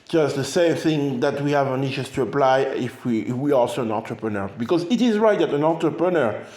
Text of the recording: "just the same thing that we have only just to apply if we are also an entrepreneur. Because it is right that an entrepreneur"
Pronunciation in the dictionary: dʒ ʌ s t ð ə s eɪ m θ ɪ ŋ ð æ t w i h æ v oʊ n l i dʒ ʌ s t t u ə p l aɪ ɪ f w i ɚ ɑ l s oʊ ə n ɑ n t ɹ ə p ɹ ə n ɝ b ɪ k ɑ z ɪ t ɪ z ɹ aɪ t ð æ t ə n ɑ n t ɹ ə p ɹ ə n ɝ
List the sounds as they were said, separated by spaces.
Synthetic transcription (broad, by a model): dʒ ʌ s t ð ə s eɪ m θ ɪ ŋ ð æ t w i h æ v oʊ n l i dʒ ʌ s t t u ə p l aɪ ɪ f w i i ɑ l s oʊ ə n ɑ n t ɹ ə p ɹ ə n ɝ b ɪ k ɑ z ɪ t ɪ z ɹ aɪ t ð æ t ə n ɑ n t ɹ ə p ɹ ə n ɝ